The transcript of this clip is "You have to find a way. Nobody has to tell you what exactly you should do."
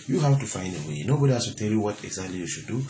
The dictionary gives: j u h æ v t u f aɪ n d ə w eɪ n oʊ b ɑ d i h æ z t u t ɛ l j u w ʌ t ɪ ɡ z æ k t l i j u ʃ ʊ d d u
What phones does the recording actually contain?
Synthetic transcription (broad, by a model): j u h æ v t u f aɪ n d ə w eɪ n oʊ b ɑ d i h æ s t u t ɛ l j u w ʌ t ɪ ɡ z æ k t l i j u ʃ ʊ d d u